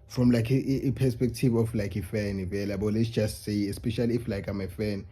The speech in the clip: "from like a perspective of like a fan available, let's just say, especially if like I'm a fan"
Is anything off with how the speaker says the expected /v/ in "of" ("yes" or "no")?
yes